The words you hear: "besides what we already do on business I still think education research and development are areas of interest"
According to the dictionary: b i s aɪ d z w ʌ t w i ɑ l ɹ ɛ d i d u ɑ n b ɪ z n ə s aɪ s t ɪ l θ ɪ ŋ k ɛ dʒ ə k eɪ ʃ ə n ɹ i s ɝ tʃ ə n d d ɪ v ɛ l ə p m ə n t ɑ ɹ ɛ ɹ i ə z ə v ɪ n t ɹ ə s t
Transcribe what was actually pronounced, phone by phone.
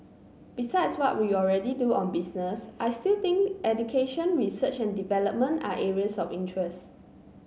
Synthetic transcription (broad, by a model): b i s aɪ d s w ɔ t w i ɑ l ɹ ɛ d i d u ɑ n b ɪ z n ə s aɪ s t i l t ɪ ŋ k ɛ dʒ ə k eɪ ʃ ə n ɹ i s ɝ tʃ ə n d d ɪ v ɛ l ə p m ə n t ɑ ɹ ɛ ɹ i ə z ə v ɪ n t ɹ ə s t